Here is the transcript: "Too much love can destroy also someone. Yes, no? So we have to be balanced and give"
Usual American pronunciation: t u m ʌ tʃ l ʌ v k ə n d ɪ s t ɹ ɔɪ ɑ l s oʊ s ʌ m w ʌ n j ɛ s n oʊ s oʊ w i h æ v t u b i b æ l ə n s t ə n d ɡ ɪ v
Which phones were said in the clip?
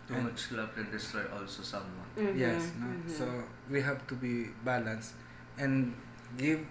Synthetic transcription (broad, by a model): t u m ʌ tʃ l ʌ b k ə n d ɪ s t ɹ ɔɪ ɑ l s oʊ s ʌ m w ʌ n j ɛ s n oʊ s oʊ w i h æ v t u b i b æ l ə n s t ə n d ɡ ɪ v